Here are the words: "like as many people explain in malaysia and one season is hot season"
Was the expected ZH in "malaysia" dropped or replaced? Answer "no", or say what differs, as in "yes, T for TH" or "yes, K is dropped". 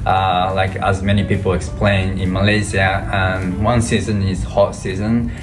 yes, Z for ZH